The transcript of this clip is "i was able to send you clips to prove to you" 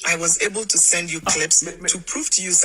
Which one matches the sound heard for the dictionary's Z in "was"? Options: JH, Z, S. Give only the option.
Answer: Z